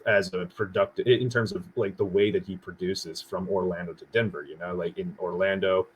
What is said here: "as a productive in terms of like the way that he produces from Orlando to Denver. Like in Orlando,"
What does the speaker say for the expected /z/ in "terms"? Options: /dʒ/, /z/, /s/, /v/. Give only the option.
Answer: /z/